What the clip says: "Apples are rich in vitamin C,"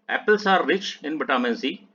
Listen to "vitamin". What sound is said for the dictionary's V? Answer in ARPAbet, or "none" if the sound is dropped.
B